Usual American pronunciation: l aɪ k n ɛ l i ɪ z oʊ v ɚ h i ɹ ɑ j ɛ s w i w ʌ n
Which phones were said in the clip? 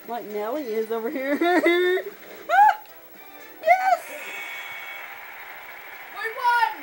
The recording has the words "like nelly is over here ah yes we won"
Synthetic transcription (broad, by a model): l aɪ k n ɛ l i ɪ z oʊ v ɚ h i ɹ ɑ j ɛ s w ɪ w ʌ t